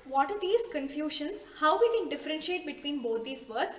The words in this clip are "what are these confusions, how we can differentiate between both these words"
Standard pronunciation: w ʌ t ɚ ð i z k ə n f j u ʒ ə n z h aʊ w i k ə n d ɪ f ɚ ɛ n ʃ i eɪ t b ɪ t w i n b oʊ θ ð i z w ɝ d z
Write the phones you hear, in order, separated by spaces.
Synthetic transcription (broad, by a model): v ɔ t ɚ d i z k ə n f j u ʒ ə n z h aʊ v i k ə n d ɪ f ɚ ɛ n ʃ i eɪ t b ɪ t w i n b oʊ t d i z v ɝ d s